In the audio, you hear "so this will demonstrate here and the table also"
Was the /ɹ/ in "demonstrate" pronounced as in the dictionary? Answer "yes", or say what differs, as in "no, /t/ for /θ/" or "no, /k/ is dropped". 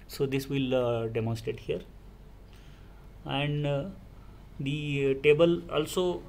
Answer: no, /ɹ/ is dropped